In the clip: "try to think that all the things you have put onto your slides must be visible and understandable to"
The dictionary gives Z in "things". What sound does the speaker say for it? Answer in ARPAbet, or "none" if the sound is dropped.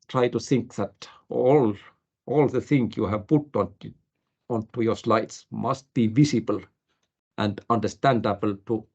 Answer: none